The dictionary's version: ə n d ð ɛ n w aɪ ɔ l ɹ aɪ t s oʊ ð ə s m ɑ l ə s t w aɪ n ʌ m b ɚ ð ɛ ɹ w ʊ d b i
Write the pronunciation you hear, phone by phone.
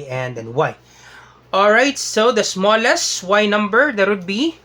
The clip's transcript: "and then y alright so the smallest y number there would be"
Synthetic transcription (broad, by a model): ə n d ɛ n w aɪ ɔ l ɹ aɪ t s oʊ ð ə s m ɑ l ə s t w aɪ n ʌ m b ɚ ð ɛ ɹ w ʊ d b i